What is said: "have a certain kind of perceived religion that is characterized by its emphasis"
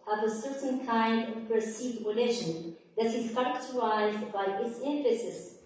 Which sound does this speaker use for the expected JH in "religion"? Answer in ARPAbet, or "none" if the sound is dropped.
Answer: SH